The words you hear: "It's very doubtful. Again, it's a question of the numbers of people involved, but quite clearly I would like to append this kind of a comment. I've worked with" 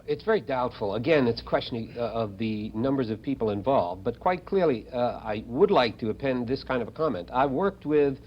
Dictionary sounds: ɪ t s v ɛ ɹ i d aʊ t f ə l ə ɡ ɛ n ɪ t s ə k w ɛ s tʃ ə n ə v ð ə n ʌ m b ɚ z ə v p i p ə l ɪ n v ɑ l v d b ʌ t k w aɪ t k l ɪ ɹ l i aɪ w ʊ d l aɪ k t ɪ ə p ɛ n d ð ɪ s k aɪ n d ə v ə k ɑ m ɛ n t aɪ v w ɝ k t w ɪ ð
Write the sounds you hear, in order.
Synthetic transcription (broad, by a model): ɪ t s v ɛ ɹ i d aʊ t f l ə ɡ ɛ n ɪ t s ə k w ɛ s tʃ ə n ə v ð ə n ʌ m b ɚ z ə v p i p l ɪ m v ɑ l v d b ʌ t k w aɪ t k l ɪ ɹ l i aɪ w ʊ d l aɪ k t ɪ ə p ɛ n ð ɪ s k aɪ n d ə v ə k ɑ m ɛ n t aɪ w ɝ k t w ɪ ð